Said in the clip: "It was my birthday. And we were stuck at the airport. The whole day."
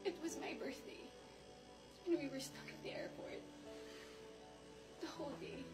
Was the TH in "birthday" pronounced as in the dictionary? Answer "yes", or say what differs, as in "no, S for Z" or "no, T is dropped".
yes